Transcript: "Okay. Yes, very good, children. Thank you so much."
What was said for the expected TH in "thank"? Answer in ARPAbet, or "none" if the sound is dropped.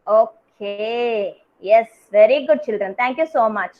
T